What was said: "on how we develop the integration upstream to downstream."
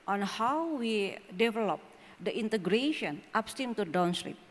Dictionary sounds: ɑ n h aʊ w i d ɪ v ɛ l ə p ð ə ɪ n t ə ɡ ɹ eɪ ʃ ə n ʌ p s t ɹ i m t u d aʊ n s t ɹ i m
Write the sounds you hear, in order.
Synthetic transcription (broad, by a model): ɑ n h aʊ w i d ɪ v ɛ l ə p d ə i n t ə ɡ ɹ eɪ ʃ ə n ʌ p s t i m t u d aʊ n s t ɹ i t